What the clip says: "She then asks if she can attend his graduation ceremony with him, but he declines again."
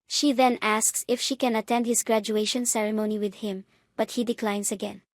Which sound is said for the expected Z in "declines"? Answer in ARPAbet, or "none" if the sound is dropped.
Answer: S